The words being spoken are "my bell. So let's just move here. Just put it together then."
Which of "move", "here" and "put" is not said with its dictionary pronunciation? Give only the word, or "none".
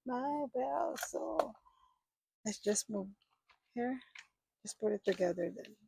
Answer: none